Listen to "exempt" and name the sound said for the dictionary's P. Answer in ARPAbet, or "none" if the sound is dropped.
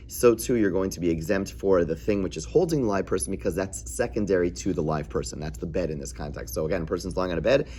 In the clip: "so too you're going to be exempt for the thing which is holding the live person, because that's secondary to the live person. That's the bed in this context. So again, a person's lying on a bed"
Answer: P